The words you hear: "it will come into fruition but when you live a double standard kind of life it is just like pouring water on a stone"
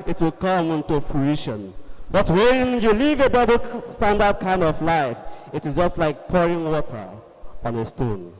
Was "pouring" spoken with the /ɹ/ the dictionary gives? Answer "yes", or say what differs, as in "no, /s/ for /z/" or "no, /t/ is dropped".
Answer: yes